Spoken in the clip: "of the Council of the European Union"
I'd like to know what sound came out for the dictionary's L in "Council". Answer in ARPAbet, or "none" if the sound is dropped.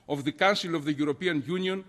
L